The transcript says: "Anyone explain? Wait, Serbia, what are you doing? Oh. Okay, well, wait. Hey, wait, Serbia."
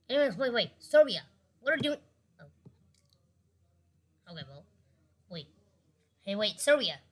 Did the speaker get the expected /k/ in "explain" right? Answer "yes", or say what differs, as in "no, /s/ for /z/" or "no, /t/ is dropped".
no, /k/ is dropped